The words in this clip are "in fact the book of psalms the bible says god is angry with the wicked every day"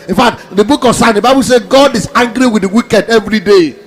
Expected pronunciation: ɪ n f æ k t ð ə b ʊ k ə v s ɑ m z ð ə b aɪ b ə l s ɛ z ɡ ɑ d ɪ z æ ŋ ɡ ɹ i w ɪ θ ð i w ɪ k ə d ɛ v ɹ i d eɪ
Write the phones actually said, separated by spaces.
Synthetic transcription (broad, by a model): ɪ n f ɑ k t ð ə b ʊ k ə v s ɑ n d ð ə b aɪ b ə l s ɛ ɡ ɑ d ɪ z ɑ ŋ ɡ ɹ i w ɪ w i k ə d ɛ v ɹ i d eɪ